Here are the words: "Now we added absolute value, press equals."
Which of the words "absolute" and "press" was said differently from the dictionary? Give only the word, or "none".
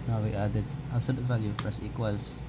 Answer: absolute